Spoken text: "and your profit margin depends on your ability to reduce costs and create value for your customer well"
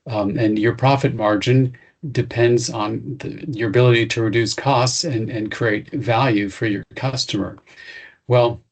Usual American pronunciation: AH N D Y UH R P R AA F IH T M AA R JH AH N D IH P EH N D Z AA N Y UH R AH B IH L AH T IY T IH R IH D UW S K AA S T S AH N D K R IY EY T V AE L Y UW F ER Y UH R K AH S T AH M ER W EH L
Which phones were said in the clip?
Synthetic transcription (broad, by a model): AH N Y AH R P R AA F IH T M AA R JH AH N D IH P EH N D Z N Y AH R AH B IH L AH T IY T IH R IH D UW S K AA S T S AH N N K R IY EY T V AE L Y UW F ER Y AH R K AH S T AH M ER W EH L